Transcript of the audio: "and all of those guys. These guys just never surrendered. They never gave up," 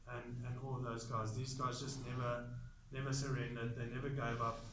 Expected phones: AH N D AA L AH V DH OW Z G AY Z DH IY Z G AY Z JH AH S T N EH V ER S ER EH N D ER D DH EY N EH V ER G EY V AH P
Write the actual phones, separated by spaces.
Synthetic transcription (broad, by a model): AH N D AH N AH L DH OW Z G AY Z DH IY Z G AY Z JH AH S T N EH V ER S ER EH N D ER D DH EY N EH V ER G EY V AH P